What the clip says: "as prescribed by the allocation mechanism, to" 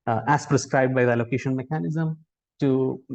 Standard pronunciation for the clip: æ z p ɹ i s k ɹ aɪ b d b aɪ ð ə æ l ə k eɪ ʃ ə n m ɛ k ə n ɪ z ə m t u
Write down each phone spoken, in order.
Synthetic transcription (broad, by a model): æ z p ɹ i s k ɹ aɪ b d b aɪ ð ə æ l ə k eɪ ʃ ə n m ɛ k ə n ɪ z ə m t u